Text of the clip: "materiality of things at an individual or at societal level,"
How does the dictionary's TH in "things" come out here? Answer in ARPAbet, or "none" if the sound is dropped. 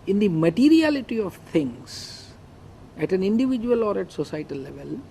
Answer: T